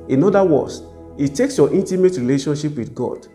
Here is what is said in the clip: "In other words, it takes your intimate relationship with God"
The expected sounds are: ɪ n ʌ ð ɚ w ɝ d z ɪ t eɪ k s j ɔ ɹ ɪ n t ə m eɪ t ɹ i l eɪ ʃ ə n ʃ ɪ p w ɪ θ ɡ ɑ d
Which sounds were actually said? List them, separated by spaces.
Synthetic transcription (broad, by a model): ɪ n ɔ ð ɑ w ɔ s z ɪ t eɪ k s j ɔ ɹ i n t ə m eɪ t ɹ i l eɪ ʃ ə n ʃ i p w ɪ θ ɡ ɑ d